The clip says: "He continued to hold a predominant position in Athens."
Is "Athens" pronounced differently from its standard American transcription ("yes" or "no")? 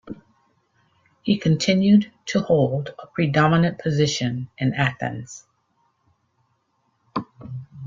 no